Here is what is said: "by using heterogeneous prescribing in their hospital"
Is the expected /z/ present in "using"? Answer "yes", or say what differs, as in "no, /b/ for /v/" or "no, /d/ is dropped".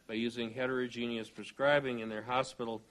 yes